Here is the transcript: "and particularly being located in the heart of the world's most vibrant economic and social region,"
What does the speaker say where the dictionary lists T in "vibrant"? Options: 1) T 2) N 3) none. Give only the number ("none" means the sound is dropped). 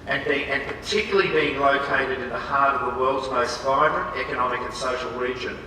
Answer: 1